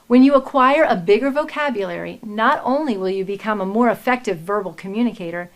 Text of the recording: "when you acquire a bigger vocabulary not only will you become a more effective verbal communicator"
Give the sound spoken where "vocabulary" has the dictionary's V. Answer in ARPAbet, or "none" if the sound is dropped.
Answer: V